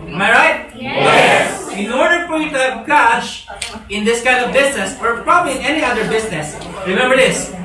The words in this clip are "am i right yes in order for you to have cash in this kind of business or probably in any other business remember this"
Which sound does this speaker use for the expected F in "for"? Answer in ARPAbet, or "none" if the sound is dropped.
P